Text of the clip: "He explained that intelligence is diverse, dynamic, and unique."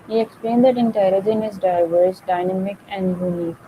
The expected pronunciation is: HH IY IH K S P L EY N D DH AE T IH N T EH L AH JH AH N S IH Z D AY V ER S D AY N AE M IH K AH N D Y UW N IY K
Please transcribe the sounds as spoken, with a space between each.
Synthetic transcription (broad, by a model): HH IY IH K S P L EY N D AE T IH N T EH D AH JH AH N IH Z D AY V ER S D AY N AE M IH K AH N D Y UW N IY K